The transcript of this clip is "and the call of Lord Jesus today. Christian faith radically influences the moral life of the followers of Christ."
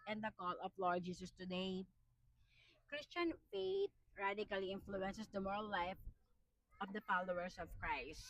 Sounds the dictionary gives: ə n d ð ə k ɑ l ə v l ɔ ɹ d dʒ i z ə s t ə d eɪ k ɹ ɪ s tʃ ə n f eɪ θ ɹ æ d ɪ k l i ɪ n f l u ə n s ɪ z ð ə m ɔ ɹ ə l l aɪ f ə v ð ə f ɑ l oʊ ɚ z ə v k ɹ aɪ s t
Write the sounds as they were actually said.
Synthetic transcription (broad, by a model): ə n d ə k ɑ l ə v l ɔ ɹ d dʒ i s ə s t ə d eɪ k ɹ ɪ s tʃ ə n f eɪ t ɹ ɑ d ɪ k l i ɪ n f l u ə n s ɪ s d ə m ɔ ɹ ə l l aɪ f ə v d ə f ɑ l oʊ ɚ s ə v k ɹ aɪ s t